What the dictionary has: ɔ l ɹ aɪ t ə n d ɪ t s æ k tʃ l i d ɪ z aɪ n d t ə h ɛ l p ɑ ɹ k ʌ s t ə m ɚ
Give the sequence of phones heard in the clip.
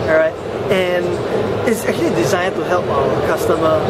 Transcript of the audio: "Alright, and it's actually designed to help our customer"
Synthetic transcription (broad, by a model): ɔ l ɹ aɪ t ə n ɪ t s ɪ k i d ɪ z aɪ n t ə h ɛ l p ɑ l k ʌ s t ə m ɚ